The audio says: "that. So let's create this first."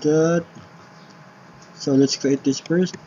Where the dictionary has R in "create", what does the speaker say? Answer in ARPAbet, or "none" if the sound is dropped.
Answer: none